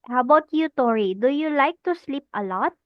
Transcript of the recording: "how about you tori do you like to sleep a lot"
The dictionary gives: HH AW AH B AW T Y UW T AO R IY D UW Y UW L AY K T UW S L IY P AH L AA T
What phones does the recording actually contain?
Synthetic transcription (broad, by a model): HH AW AH B AW T Y UW T AO R IY D UW Y UW L AY K T UW S L IY P AH L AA T